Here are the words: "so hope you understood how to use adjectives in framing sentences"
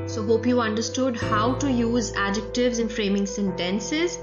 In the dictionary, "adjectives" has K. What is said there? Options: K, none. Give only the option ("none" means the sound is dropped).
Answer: K